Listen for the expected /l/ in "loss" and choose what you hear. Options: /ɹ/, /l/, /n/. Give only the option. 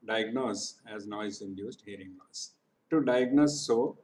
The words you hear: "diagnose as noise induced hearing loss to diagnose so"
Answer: /n/